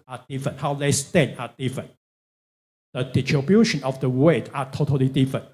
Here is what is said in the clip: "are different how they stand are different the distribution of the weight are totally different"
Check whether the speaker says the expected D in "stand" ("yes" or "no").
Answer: no